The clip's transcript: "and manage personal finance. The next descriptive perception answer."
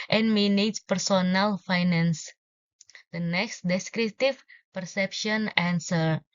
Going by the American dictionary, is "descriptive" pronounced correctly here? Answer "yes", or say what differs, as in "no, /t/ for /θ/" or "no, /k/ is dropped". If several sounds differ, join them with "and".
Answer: no, /p/ is dropped